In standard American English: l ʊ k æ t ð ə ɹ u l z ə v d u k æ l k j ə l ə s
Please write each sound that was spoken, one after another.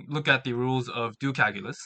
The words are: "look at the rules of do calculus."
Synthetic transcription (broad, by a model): l ʊ k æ t ð ə ɹ u l z ə v d u k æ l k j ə l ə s